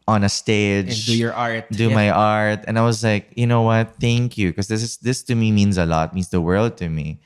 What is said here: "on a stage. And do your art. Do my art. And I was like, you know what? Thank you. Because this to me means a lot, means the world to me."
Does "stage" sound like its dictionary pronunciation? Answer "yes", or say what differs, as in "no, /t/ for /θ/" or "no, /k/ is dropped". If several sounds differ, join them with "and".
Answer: no, /dʒ/ is dropped